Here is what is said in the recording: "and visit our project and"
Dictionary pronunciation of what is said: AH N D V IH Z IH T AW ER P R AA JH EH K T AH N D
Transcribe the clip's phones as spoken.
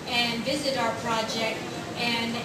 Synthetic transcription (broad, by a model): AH N V IH Z IH T AW ER P R AA JH EH K T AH N